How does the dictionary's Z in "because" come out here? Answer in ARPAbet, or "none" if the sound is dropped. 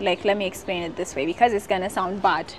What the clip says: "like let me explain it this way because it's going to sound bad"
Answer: Z